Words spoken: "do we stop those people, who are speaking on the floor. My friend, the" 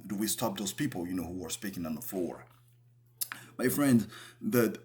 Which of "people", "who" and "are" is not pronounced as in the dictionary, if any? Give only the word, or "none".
people